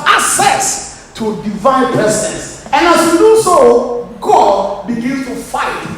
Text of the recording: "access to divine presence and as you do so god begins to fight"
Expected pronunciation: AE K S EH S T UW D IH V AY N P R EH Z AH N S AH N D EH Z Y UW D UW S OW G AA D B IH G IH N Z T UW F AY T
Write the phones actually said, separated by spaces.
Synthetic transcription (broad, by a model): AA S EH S T UW D IH V AY N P EH S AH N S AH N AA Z Y UW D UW S OW G AA D B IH G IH N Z T UW F AY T